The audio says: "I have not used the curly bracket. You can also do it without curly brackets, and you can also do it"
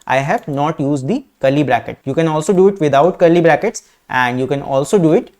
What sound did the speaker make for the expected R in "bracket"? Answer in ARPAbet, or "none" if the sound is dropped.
R